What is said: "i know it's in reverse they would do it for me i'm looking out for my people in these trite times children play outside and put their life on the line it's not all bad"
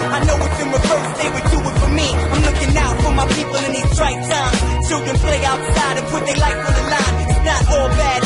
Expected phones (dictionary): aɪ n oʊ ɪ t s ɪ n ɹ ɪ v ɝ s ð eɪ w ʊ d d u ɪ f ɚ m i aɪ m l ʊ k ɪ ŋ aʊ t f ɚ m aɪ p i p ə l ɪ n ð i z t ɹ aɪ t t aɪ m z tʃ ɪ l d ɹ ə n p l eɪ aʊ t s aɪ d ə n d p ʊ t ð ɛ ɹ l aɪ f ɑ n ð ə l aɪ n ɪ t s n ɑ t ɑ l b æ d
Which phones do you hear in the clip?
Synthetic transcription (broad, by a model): aɪ n oʊ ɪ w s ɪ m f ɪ ʊ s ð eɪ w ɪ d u ɪ f ɚ m i aɪ m l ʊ k ɪ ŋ aʊ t f ɚ m aɪ p i p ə l ɪ n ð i s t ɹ aɪ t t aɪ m tʃ ɪ l d ɹ ə n p l eɪ aʊ t s aɪ d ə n p ʊ t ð ɛ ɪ l aɪ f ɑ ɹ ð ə l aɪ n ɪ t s n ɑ t ɑ l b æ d